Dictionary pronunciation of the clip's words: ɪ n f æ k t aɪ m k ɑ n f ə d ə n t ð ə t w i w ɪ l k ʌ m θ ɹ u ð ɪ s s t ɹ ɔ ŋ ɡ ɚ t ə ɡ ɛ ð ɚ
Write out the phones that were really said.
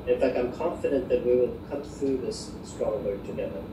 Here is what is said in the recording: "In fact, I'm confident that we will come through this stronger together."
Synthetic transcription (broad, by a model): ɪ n f æ k t aɪ m k ɑ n f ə d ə n ð ə t w i w ɪ l k ʌ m θ ɹ u ð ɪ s s t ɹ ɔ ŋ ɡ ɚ t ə ɡ ɛ ð ɚ